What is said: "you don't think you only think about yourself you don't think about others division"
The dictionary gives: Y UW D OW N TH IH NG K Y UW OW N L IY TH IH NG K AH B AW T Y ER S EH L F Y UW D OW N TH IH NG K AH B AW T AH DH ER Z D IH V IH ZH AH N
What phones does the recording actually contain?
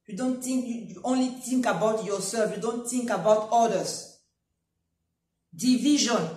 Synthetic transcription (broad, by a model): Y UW D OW N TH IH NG K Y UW OW N L IY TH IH NG K AH B AW T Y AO S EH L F Y UW D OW N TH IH NG K AH B AW T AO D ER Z D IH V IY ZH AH N